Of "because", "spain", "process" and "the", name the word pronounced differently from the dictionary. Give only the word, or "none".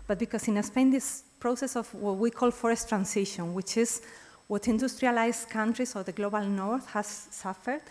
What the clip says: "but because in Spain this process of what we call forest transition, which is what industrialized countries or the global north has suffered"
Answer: because